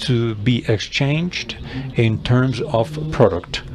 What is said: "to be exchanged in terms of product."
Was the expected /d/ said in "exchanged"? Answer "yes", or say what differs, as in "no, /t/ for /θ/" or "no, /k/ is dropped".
yes